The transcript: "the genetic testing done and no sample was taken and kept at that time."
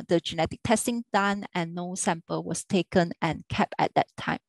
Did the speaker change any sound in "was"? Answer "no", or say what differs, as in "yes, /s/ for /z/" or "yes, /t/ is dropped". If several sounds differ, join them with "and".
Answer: yes, /s/ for /z/